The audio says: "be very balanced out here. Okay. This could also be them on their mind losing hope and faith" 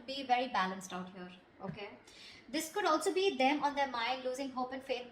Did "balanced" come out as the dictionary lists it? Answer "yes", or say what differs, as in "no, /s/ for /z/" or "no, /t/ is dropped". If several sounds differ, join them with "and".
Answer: yes